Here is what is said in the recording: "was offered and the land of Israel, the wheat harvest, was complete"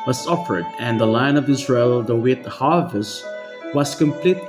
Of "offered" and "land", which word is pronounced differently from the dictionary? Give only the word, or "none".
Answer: land